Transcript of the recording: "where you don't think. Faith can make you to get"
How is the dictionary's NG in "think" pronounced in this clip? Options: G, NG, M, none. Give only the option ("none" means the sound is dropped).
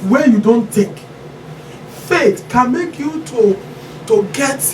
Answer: none